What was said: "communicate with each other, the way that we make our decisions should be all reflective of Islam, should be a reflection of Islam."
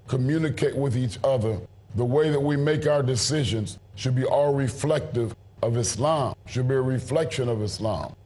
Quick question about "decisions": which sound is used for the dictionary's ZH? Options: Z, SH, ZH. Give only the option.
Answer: ZH